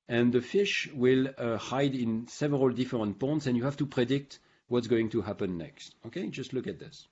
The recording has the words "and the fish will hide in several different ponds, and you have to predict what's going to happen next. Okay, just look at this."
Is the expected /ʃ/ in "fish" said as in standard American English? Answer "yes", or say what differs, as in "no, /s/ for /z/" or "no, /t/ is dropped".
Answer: yes